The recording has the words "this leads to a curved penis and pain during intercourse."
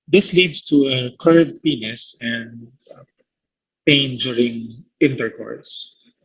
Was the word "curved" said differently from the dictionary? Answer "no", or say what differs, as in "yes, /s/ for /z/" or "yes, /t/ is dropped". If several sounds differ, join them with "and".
yes, /v/ is dropped